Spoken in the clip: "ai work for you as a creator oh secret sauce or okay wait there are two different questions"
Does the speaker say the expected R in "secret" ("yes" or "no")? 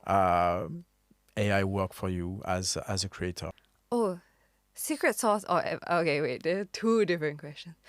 yes